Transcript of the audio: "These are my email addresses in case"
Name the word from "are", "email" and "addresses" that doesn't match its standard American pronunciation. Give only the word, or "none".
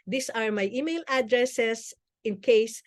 addresses